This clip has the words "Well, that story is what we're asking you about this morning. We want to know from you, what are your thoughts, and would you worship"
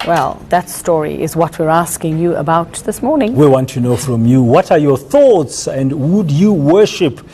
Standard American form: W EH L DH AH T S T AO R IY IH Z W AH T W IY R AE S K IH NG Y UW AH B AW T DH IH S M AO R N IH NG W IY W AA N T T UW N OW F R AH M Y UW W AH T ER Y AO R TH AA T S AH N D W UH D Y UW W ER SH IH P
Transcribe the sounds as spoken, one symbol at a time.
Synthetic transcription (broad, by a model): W EH L DH AH T S T AO R IY IH Z W AH T W IY R AE S K IH NG Y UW AH B AW T DH IH S M AO R N IH NG W IY W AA N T T UW N OW F R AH M Y UW W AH T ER Y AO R TH AA T S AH N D W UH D Y UW W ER SH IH P